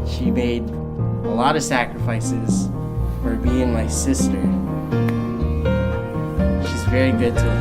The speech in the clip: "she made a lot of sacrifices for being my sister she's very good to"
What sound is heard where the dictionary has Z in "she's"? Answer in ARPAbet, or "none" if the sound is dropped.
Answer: Z